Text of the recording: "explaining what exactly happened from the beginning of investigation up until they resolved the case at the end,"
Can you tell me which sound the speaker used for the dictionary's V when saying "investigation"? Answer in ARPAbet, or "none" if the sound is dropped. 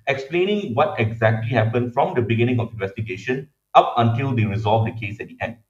V